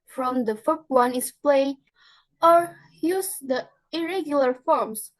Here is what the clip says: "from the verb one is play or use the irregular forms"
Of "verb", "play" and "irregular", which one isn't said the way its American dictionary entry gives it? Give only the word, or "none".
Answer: verb